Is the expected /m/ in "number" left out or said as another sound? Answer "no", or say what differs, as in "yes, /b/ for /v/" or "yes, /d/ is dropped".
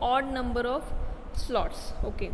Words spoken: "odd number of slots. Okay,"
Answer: no